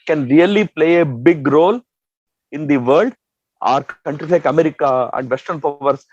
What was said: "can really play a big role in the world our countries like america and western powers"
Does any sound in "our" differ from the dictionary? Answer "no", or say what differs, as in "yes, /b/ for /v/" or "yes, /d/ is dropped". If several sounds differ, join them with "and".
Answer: no